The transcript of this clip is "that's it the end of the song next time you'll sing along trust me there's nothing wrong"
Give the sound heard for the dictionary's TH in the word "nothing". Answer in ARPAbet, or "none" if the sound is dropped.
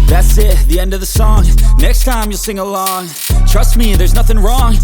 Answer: TH